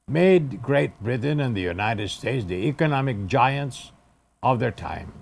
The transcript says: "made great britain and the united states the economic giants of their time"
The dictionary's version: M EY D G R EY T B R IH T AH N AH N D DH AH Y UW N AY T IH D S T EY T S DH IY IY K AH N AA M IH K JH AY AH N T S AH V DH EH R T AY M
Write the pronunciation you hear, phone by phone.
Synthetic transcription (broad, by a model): M EY D G R EY T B R IH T N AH N DH AH Y UW N AY T IH D S T EY T S DH IY IY K AH N AA M IH K JH AY AH N T S AH V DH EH R T AY M